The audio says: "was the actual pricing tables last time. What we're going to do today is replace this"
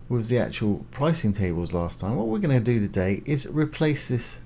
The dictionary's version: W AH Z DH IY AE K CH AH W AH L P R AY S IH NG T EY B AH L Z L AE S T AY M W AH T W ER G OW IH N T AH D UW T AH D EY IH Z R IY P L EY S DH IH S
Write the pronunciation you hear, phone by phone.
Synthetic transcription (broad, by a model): W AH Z DH IY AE K CH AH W AH L P R AY S IH NG T EY B AH L Z L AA S T AY M W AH T W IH G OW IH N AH D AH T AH D EY IH Z R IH P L EY S DH IH S